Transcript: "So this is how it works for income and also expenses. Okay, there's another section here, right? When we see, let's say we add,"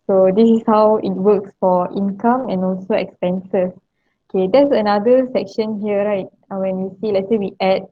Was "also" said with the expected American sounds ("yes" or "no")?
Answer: yes